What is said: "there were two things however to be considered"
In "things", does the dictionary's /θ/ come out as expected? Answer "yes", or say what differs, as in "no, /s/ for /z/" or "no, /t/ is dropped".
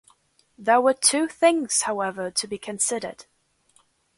yes